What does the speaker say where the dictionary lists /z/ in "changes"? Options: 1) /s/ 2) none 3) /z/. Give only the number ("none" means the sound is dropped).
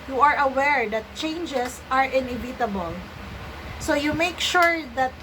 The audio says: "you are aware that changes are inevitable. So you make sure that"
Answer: 1